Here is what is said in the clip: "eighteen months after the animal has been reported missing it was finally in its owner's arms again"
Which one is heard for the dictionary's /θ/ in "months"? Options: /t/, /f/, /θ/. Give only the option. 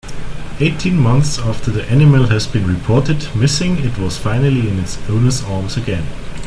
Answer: /θ/